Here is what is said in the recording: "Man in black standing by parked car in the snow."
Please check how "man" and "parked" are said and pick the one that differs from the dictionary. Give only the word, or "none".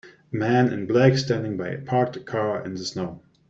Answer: none